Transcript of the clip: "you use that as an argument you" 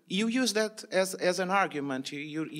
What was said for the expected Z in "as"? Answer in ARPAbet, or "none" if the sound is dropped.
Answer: Z